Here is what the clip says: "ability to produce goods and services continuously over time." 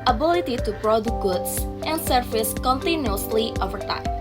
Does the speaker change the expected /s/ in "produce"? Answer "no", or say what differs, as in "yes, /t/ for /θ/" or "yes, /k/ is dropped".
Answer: yes, /s/ is dropped